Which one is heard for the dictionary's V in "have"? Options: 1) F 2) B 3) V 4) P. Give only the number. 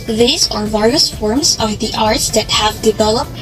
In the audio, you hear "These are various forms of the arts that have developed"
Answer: 3